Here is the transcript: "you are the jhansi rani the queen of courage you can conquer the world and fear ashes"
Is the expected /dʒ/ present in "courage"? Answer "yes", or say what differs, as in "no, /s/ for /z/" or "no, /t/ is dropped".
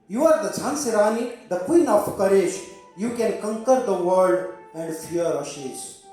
no, /ʃ/ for /dʒ/